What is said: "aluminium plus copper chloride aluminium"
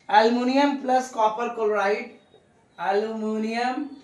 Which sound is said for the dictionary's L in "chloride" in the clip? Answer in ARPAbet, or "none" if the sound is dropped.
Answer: none